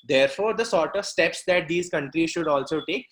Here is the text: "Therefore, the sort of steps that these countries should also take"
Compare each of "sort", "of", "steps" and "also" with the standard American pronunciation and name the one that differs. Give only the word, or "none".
none